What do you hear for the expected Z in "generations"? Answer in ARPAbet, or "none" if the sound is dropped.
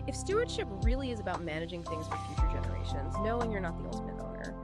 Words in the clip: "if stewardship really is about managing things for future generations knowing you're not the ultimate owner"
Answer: Z